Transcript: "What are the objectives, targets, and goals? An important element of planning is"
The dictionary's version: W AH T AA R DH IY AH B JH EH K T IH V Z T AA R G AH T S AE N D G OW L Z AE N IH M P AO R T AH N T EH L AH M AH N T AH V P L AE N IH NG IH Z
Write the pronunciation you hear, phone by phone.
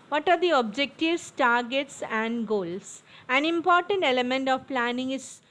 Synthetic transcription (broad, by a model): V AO T AA R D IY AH B JH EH K T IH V S T AA R G AH T S AE N D G OW L S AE N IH M P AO R T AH N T EH L AH M AH N T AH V P L AE N IH NG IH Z